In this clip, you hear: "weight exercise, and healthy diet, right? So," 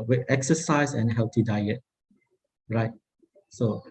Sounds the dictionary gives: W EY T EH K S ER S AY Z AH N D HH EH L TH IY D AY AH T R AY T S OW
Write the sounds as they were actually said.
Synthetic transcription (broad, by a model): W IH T EH K S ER S AY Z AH N HH EH L T IY D AY AH T R AY T S OW